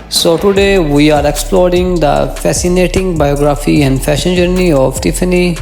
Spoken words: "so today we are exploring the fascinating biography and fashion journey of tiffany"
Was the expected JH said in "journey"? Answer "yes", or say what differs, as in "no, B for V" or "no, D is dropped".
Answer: yes